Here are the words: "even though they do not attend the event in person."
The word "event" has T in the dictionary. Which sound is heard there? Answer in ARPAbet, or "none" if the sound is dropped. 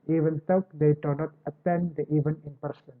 none